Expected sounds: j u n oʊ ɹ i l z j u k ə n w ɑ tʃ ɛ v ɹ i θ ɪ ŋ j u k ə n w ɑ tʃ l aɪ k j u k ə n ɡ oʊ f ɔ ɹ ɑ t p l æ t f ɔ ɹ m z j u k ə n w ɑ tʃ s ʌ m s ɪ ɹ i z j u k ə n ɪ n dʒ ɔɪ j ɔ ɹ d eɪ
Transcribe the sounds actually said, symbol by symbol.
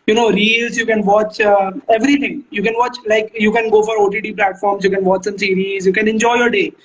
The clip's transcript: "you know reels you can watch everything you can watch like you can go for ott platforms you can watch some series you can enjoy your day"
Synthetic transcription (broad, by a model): j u n oʊ ɹ i l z j u k ə n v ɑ tʃ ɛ v ɹ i t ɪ ŋ j u k ə n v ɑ tʃ l aɪ k j u k ə n ɡ oʊ f ɔ ɹ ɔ t p l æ t f ɔ ɹ m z j u k ə n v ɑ tʃ s ʌ m s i ɹ i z j u k ə n ɪ n dʒ ɔɪ j ɔ ɹ d eɪ